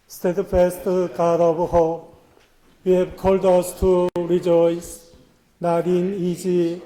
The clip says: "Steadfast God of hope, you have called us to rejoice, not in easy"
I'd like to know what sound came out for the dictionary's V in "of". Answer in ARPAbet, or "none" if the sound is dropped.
B